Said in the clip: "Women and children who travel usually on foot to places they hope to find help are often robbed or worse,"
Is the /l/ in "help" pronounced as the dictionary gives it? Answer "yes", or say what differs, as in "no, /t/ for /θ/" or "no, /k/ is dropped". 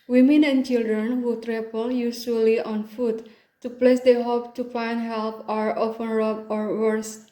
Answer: yes